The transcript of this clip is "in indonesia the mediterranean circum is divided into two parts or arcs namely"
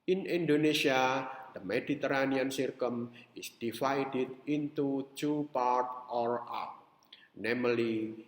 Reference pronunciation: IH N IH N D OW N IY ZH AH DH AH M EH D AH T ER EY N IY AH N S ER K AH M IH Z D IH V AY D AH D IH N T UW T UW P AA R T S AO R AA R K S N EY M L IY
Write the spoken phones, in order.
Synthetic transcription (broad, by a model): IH N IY N D OW N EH S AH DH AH M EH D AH T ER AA N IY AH N S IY K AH M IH S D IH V AY D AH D IH N T UW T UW P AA R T AO R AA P N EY M L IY